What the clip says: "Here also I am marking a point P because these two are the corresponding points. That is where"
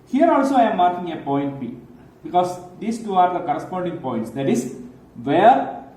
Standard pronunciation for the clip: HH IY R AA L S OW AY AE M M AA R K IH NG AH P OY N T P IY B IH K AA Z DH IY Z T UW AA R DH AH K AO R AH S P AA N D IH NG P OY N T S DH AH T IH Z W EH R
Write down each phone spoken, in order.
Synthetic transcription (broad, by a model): HH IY R AA L S OW AY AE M M AA R K IH NG AH P OY N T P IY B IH K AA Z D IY S T UW AA R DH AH K AO R AH S P AA N D IH NG P OY N T S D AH T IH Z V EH R